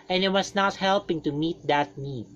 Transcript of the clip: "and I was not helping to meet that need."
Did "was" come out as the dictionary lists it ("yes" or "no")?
no